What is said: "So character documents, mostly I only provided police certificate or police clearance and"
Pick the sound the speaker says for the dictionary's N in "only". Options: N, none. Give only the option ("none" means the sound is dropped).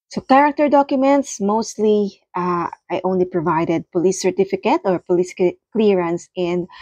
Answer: N